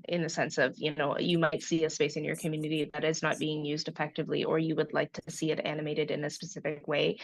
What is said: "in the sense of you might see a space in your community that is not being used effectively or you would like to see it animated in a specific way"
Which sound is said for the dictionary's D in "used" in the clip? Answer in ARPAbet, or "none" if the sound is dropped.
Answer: D